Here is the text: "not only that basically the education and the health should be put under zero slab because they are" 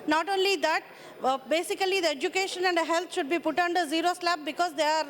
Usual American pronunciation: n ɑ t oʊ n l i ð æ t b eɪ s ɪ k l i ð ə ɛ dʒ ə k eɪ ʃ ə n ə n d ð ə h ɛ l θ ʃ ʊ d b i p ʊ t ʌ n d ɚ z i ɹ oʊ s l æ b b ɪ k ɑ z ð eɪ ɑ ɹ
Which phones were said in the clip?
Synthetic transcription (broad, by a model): n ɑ t oʊ n l i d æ t b eɪ s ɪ k l i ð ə ɛ dʒ ə k eɪ ʃ ə n ə n d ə h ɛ l t ʃ ʊ d b i p ʊ t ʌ n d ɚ z i ɹ oʊ s l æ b b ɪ k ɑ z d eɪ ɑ ɹ